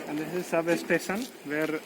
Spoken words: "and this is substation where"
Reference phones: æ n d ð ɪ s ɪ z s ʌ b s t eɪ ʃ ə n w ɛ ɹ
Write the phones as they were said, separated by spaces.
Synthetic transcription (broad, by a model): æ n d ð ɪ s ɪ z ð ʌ s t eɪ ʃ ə n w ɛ ɹ